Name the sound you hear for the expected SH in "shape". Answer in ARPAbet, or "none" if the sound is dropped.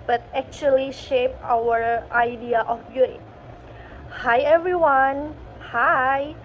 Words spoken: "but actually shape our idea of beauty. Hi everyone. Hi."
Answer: SH